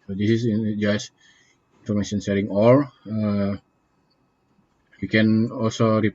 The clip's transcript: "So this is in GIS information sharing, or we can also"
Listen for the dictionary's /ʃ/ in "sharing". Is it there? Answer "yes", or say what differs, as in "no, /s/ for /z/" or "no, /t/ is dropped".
no, /s/ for /ʃ/